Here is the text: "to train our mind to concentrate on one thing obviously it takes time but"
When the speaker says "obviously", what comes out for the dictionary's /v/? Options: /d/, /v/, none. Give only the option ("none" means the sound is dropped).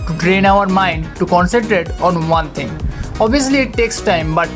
none